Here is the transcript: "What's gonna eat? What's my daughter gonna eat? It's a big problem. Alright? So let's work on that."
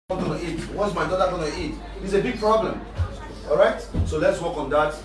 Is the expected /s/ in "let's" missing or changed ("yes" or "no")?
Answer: no